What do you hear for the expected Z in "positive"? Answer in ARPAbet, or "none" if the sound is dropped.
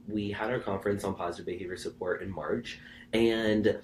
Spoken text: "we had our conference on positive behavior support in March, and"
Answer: Z